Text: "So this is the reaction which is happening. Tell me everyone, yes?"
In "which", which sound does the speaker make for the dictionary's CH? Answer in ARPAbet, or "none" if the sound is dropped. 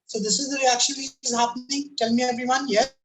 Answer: none